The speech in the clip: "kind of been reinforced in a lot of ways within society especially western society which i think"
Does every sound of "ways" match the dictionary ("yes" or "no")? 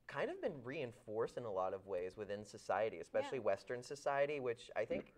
yes